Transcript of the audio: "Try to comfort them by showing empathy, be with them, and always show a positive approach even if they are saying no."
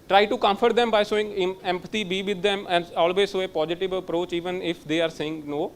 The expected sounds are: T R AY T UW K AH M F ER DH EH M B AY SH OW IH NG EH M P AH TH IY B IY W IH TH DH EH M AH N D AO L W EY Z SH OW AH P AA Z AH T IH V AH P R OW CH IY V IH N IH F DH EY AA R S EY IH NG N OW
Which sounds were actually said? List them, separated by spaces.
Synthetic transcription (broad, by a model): T R AY T UW K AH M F ER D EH M B AY S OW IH NG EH M P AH T IY B IY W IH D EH M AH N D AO L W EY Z S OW AH P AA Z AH T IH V AH P R OW CH IY V IH N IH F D EY AA R S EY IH NG N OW